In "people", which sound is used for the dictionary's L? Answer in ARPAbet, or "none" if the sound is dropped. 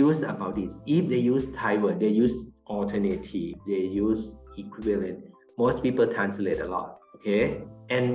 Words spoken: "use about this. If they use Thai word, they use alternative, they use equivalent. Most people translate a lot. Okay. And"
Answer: L